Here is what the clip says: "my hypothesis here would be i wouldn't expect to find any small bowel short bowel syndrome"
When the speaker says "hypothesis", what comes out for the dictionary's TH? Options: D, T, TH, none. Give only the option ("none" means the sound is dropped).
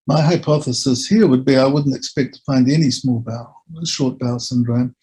TH